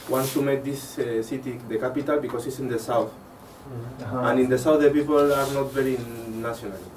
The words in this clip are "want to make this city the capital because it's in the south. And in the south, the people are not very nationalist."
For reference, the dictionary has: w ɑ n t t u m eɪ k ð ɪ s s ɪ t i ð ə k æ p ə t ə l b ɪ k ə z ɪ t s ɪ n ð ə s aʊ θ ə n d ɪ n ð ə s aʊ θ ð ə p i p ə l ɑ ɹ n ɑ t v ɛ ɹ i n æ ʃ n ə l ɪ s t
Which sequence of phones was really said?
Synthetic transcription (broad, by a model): w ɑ n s t u m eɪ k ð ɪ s s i t i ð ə k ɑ p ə t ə l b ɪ k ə s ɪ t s ɪ n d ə s aʊ θ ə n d ɪ n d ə s aʊ θ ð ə p i p ə l ɑ ɹ n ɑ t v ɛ ɹ i n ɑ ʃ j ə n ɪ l